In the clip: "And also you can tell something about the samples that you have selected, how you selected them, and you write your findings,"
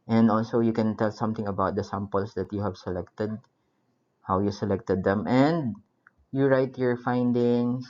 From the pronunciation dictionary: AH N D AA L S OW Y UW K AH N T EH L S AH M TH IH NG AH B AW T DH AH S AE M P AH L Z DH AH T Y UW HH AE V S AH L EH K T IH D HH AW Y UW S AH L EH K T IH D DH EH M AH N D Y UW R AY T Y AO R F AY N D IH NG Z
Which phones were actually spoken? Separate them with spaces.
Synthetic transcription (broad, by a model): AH N D AA L S OW Y UW K AH N T EH L S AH M T IH NG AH B AW T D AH S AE M P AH L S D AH T Y UW HH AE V S AH L EH K T IH D HH AW Y UW S AH L EH K T IH D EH M AH N D Y UW R AY T Y AO R F AY N D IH NG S